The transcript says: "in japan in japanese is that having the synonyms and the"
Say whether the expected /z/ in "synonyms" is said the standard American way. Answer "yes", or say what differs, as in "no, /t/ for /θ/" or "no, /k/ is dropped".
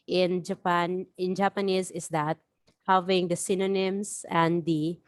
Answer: no, /s/ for /z/